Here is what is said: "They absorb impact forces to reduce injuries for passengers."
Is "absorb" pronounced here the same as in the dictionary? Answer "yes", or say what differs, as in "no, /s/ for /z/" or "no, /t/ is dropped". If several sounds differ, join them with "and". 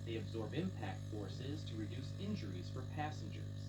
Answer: yes